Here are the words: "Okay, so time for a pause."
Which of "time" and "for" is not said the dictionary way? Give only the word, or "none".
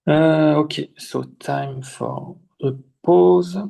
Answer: for